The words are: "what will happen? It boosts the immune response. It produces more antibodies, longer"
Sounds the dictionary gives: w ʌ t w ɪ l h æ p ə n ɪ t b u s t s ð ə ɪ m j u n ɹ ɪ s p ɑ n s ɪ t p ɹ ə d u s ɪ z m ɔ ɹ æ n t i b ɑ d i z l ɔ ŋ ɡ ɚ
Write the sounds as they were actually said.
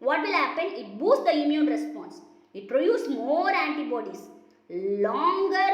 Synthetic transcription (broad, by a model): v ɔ t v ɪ l h æ p ə n ɪ t b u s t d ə ɪ m j u n ɹ ɪ s p ɑ n s ɪ t p ɹ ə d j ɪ s m ɔ ɹ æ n t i b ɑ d i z l ɔ ŋ ɡ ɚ